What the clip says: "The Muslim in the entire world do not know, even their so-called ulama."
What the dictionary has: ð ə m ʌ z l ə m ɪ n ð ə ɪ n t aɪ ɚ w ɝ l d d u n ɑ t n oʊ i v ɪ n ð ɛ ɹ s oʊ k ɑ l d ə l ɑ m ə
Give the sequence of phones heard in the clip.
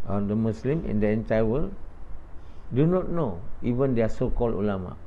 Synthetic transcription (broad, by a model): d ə m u s l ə m ɪ n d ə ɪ n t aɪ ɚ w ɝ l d d u n ɑ t n oʊ i v ɪ n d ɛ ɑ s oʊ k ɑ l ə l ɑ m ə